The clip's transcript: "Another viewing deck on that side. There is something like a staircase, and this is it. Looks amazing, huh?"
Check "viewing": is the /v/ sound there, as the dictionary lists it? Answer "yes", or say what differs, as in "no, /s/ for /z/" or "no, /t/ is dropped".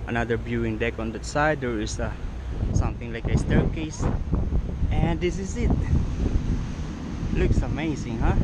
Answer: no, /b/ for /v/